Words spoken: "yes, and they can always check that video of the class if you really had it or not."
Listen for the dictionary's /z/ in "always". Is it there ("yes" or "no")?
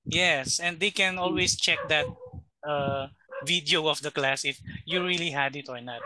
no